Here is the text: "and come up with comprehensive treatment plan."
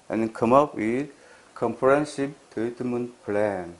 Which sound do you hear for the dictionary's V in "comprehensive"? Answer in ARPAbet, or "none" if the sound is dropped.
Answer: P